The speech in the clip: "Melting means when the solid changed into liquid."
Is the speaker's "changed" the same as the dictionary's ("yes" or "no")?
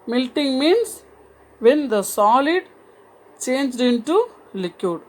yes